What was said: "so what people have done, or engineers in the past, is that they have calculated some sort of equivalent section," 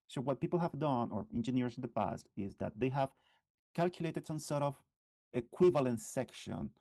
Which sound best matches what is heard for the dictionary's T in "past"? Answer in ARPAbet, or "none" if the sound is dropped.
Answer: T